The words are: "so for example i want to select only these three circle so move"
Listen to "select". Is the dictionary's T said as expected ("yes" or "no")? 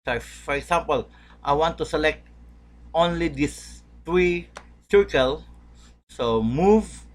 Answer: yes